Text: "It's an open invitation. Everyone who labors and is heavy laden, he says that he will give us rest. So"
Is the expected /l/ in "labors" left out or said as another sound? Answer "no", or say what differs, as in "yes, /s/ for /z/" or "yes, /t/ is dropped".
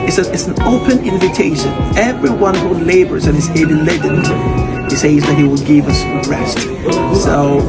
no